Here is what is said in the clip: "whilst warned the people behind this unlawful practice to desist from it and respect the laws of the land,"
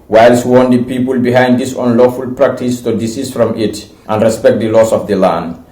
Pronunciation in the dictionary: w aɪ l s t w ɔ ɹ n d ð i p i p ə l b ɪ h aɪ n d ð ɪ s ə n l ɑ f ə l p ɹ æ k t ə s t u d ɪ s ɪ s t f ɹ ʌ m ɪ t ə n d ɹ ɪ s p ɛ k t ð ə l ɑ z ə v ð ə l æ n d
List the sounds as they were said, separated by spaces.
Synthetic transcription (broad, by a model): w aɪ l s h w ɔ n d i p i p ə l b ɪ h aɪ n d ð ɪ s ə n l ɑ f ə l p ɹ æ k t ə s t u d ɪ s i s f ɹ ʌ m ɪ t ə n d ɹ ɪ s p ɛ k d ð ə l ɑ s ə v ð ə l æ n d